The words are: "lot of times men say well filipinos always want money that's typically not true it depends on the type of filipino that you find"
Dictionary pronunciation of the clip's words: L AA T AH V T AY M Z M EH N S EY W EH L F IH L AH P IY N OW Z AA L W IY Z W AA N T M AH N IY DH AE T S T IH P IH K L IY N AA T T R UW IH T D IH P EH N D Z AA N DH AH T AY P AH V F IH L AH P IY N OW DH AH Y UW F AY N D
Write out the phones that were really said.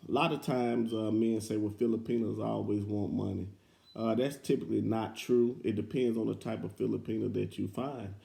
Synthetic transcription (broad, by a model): L AA T AH V T AY M Z M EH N S EY W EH F IH L AH P IY N OW Z AA L W IY Z W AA N M AH N IY DH AE T S T IH P IH K L IY N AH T T R UW IH T D IH P EH N D Z N DH AH T AY P AH V F IH L AH P IY N OW DH AH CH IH F AY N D